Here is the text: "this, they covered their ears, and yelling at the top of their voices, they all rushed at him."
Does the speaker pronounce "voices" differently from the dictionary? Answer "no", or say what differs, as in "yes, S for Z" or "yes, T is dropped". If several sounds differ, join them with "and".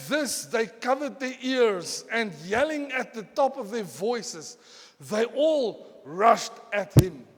no